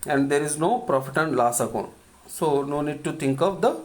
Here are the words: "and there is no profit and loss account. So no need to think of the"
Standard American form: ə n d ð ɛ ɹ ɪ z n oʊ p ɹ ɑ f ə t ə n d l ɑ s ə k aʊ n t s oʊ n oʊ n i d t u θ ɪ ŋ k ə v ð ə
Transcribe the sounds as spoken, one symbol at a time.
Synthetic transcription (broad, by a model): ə n d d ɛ ɹ ɪ z n oʊ p ɹ ɑ f ə t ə n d l ɑ s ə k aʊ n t s oʊ n oʊ n i d t u t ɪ ŋ k ə v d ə